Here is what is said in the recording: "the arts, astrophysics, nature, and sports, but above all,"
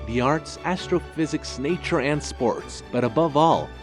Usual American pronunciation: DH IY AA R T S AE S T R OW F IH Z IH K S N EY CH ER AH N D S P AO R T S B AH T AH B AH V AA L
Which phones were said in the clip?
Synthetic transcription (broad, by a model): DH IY AA R T S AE S T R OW F IH Z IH K S N EY CH ER AH N D S P AO R T S B AH T AH B AH V AA L